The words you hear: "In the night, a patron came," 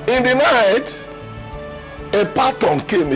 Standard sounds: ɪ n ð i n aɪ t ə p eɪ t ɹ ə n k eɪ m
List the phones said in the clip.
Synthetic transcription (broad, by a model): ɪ n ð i n aɪ t ə p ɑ t ə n k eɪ m